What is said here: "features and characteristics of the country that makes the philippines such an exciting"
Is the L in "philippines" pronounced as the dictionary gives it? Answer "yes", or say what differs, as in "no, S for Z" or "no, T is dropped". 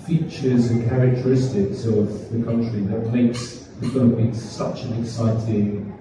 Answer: no, L is dropped